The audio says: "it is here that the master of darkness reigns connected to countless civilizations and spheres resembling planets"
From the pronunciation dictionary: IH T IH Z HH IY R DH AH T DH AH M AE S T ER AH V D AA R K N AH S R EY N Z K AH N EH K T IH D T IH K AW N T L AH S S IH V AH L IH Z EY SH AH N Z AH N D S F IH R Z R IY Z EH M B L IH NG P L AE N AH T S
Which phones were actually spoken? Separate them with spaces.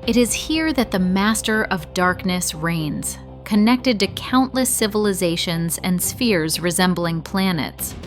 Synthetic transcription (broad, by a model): IH T IH Z HH IY R DH AH T DH AH M AE S T ER AH V D AA R K N AH S R EY N Z K AH N EH K T IH D T IH K AW N T L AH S S IH V AH L IH Z EY SH AH N Z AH N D S F IH R Z R IY Z EH M B L IH NG P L AE N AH T S